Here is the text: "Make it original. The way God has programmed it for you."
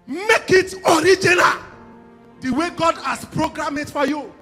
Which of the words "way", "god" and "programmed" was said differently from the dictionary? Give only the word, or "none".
programmed